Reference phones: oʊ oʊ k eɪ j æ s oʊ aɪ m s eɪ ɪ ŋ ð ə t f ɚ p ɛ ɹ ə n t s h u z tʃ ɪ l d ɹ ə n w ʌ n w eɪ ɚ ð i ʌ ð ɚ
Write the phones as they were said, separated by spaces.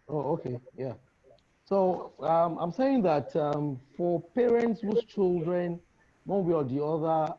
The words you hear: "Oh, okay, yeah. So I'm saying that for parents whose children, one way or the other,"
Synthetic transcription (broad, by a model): oʊ oʊ k eɪ j æ s oʊ aɪ m s eɪ ɪ ŋ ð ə t f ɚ p ɛ ɹ ə n t s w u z tʃ ɪ l d ɹ ə n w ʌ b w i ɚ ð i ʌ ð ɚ